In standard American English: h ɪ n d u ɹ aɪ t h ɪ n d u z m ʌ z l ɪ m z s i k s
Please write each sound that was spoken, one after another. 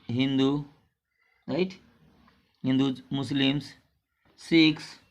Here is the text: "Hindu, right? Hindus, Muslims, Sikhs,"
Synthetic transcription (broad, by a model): h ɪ n d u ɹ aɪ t h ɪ n d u m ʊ s l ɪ m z s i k s